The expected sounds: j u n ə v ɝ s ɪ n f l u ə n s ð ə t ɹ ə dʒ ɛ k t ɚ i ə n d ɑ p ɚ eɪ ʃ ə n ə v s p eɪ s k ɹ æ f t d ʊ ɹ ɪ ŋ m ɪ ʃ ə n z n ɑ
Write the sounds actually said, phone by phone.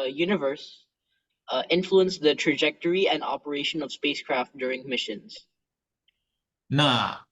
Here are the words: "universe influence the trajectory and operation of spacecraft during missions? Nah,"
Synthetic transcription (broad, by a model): j u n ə v ɝ s ɪ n f l u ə n s ð ə t ɹ ə dʒ ɛ k t ɚ i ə n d ɑ p ɚ eɪ ʃ ə n ə v s p eɪ s k ɹ æ f t d ʊ ɹ ɪ ŋ m ɪ ʃ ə n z n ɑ